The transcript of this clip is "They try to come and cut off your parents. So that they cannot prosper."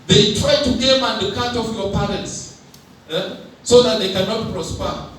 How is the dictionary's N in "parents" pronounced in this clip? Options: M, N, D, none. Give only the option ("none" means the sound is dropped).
N